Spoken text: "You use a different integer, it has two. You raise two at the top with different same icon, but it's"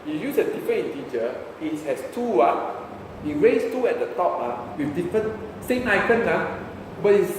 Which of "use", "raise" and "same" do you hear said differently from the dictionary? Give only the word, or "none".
raise